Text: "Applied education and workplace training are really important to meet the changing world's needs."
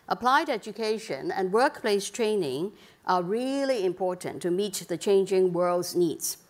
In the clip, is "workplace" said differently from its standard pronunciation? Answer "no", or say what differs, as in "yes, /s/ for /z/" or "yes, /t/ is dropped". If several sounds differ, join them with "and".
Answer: no